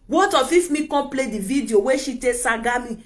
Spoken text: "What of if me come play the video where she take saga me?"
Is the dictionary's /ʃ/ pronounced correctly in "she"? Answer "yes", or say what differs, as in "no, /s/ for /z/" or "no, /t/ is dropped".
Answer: yes